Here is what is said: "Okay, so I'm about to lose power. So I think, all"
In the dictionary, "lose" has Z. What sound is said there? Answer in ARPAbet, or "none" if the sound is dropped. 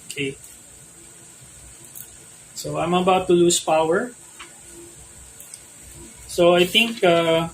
S